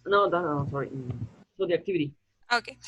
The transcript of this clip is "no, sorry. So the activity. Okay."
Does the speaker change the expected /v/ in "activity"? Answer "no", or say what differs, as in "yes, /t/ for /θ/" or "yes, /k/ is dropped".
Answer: no